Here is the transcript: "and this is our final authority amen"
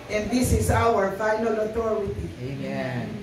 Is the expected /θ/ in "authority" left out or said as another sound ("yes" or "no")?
yes